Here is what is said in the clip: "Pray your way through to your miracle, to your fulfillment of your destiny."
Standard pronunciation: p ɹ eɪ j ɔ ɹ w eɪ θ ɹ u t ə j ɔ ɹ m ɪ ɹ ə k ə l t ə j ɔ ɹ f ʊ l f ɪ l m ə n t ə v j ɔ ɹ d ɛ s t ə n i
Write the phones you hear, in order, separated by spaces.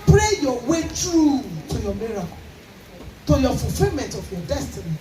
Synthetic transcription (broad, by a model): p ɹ eɪ j ɔ w eɪ t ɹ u t ə j ɔ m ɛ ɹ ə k t ə j ɔ f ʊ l f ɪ l m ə n t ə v j ɔ d ɛ s t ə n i